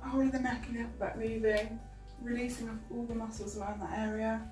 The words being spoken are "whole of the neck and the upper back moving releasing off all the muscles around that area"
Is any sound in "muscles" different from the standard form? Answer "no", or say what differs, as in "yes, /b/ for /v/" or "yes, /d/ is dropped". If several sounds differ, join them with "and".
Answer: no